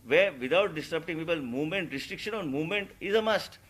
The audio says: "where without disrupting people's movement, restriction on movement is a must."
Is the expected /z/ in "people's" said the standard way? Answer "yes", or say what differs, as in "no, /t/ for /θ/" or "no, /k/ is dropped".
no, /z/ is dropped